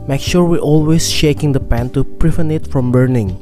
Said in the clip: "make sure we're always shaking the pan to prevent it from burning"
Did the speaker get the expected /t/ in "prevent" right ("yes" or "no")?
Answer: no